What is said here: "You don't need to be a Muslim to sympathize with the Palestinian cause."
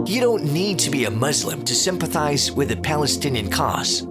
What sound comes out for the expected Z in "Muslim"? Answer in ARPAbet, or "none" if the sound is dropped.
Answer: Z